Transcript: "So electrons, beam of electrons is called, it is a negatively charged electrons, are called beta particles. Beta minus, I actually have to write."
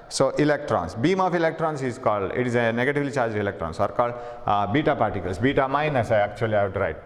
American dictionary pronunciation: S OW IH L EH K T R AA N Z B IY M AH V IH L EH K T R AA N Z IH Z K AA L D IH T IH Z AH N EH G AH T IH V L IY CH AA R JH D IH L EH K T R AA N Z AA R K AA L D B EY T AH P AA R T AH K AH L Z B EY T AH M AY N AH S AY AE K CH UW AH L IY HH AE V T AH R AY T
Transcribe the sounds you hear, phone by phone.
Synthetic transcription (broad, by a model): S OW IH L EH K T R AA N S B IY M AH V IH L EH K T R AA N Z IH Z K AA L D IH T IH Z AH N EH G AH T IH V L IY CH AA R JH IH L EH K T R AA N S AA R K AA L D B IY T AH P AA R T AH K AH L S B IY T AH M AY N AH S AY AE K CH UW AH L IY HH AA W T R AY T